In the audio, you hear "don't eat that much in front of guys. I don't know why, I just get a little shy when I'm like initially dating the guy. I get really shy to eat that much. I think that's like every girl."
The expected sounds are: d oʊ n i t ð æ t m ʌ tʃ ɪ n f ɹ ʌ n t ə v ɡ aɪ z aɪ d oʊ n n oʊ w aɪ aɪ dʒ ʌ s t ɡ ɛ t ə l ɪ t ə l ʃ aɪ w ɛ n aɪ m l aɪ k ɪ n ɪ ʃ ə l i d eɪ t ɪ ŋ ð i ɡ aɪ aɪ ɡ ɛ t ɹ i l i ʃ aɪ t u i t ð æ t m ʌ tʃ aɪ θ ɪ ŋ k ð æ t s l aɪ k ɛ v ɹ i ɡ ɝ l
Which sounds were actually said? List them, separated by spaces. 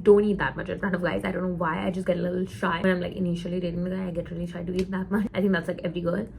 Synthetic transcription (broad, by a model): d oʊ n i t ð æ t m ʌ tʃ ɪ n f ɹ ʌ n ə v ɡ aɪ z aɪ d oʊ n n oʊ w aɪ aɪ dʒ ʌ s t ɡ ɛ t ə l ɪ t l ʃ aɪ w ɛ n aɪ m l aɪ k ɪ n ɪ ʃ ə l i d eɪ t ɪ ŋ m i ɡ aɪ aɪ ɡ ɛ t ɹ i l i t aɪ t u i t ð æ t m ʌ tʃ aɪ t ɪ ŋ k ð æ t s l aɪ k ɛ v ɹ i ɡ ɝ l